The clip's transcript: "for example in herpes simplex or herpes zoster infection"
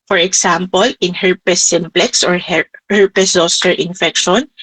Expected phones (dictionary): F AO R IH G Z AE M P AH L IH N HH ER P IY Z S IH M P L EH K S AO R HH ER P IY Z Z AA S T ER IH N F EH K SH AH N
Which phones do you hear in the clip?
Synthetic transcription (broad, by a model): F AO R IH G S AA M P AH L IH N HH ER P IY S IH M P L EH K S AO R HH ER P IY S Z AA S T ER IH N F EH K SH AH N